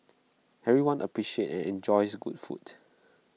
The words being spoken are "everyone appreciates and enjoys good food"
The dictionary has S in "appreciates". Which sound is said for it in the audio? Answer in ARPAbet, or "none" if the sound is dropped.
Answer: none